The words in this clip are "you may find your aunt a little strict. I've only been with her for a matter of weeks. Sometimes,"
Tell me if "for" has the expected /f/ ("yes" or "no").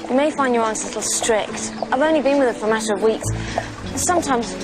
yes